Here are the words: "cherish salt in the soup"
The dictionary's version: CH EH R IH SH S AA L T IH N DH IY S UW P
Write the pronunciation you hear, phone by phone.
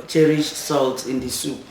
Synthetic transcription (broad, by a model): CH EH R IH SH S AA L T IH N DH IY S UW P